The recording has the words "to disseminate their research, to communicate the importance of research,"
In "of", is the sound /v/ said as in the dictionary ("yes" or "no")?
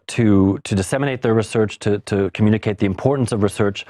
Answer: yes